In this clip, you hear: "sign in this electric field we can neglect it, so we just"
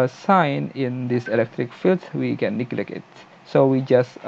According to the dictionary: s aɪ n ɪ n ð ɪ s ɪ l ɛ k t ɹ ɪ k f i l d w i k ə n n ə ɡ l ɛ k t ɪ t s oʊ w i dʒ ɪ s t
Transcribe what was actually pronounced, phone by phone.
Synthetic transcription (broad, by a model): s aɪ n ɪ n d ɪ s ɪ l ɛ k t ɹ ɪ k f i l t w i k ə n n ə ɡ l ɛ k ɪ t s oʊ w i dʒ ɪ s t